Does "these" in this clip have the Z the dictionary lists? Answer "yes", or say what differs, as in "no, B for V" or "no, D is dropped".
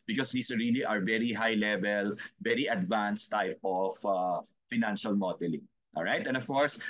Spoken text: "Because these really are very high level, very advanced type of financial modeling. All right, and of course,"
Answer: no, S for Z